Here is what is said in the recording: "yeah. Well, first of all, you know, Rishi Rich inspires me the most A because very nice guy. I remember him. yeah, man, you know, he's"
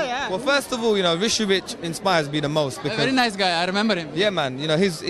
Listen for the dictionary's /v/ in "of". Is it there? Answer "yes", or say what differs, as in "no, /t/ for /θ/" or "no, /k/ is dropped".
yes